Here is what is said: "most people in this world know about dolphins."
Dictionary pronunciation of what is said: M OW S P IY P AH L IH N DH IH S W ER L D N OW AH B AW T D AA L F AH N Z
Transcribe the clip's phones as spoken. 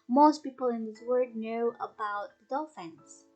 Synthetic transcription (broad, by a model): M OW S P IY P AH L IH N DH IH S W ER D N OW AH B AW T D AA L F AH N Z